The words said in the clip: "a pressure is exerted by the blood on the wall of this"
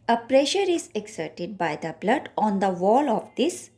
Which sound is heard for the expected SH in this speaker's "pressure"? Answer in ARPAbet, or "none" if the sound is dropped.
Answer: SH